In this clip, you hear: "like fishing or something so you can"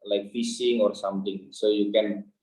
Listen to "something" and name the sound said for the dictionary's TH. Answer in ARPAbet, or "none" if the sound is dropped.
T